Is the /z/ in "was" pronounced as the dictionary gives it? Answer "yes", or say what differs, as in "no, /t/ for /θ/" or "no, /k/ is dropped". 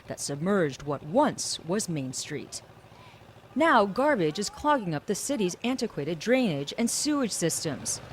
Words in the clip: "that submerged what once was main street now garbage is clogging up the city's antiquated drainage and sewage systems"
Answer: yes